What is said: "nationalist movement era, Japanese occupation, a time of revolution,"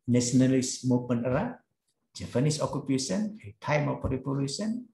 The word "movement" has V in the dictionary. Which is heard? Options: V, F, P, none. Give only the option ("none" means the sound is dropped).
P